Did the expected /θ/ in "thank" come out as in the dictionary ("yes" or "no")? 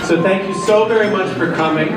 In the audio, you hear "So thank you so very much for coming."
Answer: yes